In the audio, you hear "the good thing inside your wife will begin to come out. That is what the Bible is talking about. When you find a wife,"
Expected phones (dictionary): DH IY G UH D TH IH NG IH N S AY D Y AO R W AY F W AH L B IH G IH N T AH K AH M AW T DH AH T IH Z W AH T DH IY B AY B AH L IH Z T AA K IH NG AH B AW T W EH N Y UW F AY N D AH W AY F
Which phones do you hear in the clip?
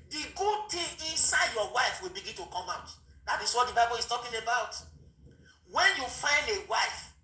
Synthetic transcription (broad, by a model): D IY G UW D T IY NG IH N S AY D Y AO W AY F W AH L B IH G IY N T AH K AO M AW T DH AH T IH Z W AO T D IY B AY B AH L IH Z T AA K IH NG AH B AW T W EH N Y UW F AY N D AH W AY F